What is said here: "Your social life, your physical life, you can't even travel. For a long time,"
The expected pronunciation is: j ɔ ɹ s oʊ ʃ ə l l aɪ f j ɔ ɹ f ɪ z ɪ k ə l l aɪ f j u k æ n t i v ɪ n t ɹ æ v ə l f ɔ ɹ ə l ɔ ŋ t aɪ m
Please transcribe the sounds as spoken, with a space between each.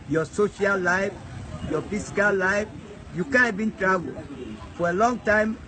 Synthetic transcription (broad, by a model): j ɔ s oʊ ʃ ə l l aɪ f j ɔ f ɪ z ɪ k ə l l aɪ f j u k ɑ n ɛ b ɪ n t ɹ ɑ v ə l f ɔ ɹ ə l ɔ ŋ t aɪ m